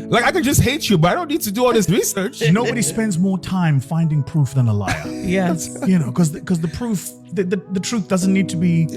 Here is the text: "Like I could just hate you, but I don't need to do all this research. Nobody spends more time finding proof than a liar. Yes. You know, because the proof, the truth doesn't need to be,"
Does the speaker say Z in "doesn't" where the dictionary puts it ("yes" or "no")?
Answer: yes